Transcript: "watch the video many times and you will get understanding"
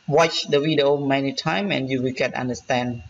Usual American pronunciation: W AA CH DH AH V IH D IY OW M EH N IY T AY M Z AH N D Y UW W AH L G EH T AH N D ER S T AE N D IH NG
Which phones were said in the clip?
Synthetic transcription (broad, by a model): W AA CH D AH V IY D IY OW M EH N IY T AY M AH N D Y UW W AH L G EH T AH N D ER S T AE N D